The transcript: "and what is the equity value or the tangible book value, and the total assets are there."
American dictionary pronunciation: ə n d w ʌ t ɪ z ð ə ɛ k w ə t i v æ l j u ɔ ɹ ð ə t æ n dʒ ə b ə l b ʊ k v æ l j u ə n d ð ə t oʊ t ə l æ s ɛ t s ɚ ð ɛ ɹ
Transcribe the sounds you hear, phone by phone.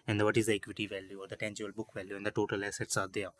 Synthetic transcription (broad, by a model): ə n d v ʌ t ɪ z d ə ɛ k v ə t i v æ l j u ɔ ɹ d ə t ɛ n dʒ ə ə l b ʊ k v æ l j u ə n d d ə t oʊ t ə l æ s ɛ t s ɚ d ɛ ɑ